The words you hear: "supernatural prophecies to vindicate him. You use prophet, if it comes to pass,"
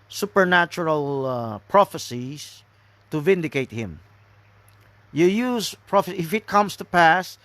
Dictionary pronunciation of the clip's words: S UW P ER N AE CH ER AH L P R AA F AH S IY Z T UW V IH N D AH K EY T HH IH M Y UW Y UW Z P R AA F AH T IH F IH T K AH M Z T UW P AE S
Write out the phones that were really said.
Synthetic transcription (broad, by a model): S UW P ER N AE CH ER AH L P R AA F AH S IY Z T UW V IH N D AH K EY T HH IH M Y UW Y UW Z P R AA F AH IH F IH T K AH M S T UW P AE S